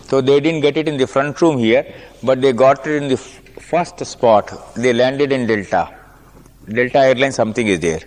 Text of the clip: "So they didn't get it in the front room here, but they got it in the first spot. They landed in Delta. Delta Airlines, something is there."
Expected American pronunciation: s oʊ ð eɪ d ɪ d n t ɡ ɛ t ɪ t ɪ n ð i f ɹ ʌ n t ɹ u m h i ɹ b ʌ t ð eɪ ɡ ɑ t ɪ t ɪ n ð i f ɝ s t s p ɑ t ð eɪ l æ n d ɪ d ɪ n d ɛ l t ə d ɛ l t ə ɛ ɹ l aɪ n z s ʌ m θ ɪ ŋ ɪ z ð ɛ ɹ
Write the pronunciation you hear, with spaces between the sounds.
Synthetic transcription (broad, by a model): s oʊ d eɪ d ɪ d n t ɡ ɛ t ɪ t ɪ n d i f ɹ ʌ n t ɹ u m h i ɹ b ʌ t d eɪ ɡ ɑ t ɪ t ɪ n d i f ɝ s t s p ɑ t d eɪ l æ n d ɪ d ɪ n d ɛ l t ə d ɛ l t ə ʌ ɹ l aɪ n s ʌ m t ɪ ŋ ɪ z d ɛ ɹ